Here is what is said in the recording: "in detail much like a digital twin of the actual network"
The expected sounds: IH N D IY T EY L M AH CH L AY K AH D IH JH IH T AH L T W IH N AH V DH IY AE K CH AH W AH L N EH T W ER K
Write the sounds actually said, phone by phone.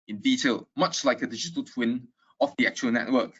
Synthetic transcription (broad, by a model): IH N D IY T EY L M AH CH L AY K AH D IH JH IH T AH L T W IH N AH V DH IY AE K CH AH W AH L N EH T W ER K